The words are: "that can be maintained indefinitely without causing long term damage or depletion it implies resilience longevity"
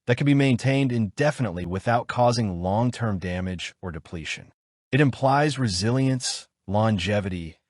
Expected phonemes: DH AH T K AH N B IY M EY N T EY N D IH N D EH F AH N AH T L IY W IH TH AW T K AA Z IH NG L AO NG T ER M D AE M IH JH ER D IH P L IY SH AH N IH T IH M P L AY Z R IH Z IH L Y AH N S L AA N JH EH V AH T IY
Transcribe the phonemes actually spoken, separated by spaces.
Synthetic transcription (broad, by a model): DH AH T K AH N B IY M EY N T EY N D IH N D EH F AH N AH T L IY W IH TH AW T K AA Z IH NG L AO NG T ER M D AE M IH JH ER D IH P L IY SH AH N IH T IH M P L AY Z R IH Z IH L Y AH N S L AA N JH EH V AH T IY